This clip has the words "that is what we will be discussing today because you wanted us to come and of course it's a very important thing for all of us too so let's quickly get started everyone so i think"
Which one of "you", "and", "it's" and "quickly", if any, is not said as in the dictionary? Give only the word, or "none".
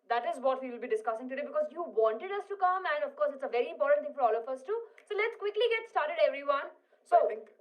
none